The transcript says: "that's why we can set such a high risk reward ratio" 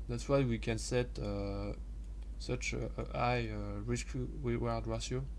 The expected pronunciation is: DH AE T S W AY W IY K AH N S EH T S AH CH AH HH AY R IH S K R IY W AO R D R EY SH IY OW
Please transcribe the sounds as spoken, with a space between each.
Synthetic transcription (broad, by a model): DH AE T S W AY W IY K AH N S EH T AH S AH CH AY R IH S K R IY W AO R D R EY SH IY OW